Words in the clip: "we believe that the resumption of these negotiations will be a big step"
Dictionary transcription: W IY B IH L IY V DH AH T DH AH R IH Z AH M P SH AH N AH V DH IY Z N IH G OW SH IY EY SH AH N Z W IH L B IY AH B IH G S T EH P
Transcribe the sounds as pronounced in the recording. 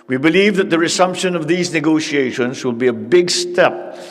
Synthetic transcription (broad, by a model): W IY B IH L IY V DH AH T DH AH R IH S AH M P SH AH N AH V DH IY Z N IH G OW SH IY EY SH AH N Z W IH L B IY AH B IH G S T EH P